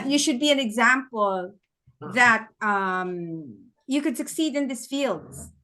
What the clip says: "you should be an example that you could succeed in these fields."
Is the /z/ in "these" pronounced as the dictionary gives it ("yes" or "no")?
no